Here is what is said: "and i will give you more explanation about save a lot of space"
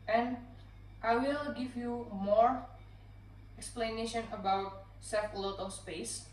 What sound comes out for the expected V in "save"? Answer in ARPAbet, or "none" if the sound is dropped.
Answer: F